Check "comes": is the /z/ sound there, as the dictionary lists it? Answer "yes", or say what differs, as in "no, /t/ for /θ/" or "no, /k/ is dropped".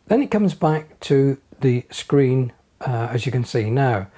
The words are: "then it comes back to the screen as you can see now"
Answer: yes